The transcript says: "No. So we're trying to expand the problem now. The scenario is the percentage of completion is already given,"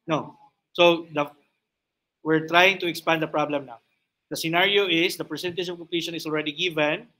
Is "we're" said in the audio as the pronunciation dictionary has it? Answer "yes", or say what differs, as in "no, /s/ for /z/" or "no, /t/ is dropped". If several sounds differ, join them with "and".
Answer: yes